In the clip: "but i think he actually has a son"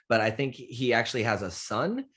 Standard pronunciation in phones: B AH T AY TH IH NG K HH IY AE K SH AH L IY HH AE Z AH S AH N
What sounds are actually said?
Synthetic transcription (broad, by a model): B AH T AY TH IH NG K HH IY AE K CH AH L IY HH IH Z AH S AH N